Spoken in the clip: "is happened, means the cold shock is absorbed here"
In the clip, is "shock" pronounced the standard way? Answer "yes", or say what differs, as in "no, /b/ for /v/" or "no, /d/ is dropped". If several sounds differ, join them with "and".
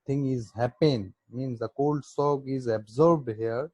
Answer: no, /s/ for /ʃ/